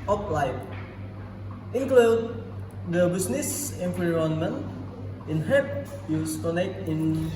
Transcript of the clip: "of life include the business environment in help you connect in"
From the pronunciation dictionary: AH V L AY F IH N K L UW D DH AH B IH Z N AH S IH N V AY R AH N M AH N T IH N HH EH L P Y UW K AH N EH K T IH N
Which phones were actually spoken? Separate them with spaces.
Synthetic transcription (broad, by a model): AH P L AY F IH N K L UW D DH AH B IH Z N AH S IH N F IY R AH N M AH N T IH N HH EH P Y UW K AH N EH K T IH N